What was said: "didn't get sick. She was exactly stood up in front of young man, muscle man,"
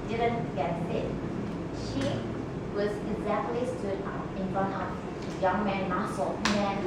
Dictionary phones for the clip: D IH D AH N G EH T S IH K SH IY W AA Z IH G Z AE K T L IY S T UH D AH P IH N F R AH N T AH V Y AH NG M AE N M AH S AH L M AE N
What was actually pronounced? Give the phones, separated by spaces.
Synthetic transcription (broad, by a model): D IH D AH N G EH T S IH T SH IY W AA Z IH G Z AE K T L IY S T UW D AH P IH N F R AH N AH Y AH NG M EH N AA S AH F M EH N